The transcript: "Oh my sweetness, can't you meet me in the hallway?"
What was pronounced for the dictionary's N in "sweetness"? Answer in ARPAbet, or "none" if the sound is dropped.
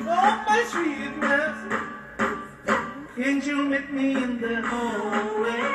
none